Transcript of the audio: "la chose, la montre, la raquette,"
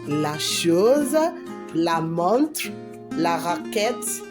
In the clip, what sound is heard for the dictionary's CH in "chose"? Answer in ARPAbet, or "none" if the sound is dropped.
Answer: SH